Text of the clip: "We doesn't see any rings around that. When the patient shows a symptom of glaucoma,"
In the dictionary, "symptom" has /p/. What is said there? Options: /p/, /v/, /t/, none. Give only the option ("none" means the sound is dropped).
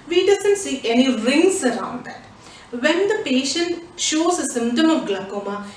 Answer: none